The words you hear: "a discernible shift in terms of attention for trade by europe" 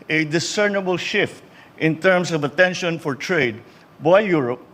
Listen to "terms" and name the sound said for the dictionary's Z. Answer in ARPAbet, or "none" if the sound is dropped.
S